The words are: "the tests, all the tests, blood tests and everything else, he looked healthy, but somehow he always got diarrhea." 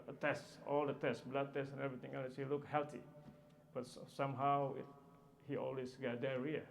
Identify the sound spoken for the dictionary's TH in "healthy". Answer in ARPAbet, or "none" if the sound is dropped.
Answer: T